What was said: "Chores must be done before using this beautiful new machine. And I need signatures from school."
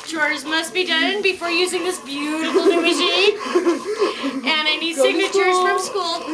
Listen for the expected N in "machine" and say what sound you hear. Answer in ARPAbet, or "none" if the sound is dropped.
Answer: none